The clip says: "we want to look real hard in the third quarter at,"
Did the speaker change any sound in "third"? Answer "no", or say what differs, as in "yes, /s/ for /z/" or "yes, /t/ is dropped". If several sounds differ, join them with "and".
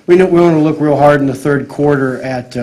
no